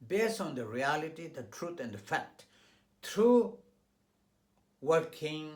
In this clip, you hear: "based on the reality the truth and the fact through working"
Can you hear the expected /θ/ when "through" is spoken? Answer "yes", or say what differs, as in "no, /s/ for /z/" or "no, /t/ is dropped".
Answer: no, /t/ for /θ/